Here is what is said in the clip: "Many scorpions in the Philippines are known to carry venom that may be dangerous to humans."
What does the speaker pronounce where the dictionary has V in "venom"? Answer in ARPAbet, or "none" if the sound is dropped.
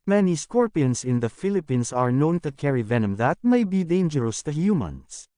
V